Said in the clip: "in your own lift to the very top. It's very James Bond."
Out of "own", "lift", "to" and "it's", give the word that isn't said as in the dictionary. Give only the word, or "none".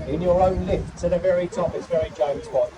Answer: to